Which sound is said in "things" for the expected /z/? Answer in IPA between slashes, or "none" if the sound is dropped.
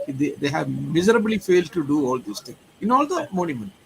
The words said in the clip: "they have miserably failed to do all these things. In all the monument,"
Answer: none